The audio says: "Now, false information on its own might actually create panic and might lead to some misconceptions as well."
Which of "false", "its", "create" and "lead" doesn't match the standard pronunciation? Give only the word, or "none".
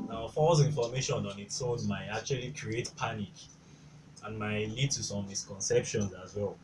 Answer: false